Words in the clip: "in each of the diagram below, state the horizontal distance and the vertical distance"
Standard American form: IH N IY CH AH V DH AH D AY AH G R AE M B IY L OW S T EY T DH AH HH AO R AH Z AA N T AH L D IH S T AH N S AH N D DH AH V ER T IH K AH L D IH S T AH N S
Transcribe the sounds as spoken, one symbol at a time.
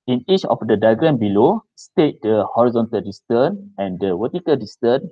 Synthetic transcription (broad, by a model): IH N IY CH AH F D AH D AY G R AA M B IY L OW S T EY T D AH HH AO R AH Z AA N T AH L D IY S T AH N AH N D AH W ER T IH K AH L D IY S T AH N